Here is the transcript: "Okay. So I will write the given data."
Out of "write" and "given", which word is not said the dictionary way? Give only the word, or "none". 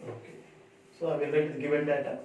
write